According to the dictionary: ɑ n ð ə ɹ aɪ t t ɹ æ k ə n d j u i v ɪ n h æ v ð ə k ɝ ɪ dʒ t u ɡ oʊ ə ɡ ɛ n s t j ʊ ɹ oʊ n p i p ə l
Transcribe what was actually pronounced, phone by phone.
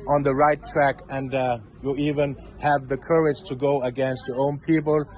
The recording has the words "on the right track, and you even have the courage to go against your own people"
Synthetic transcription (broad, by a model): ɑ n ð ə ɹ aɪ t t ɹ æ k ə n d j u i v ɪ n h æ v ð ə k ɝ ɪ dʒ t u ɡ oʊ ə ɡ ɛ n s t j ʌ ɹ oʊ n p i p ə l